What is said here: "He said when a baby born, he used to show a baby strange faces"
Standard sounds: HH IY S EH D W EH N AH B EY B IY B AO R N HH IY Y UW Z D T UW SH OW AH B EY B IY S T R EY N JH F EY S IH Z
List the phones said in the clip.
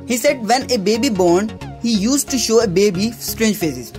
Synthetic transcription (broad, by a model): HH IY S EH D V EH N AH B EY B IY B AO R N HH IY Y UW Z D T UW SH OW AH B EY B IY S T R EY N JH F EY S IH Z